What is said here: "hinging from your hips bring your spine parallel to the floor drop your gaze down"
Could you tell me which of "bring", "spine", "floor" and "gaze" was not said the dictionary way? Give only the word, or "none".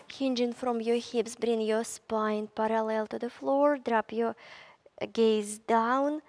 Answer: none